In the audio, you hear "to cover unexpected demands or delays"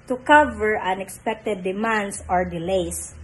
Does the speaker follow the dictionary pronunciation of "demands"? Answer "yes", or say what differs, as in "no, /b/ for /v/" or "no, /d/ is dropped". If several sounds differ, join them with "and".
no, /s/ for /z/